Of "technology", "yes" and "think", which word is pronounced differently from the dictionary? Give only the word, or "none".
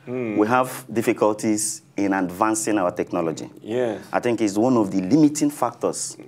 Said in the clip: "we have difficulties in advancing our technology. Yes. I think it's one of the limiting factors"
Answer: yes